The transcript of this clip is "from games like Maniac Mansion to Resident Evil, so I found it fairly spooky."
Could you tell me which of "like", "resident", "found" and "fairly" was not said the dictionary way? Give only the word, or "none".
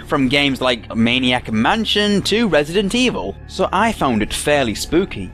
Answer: none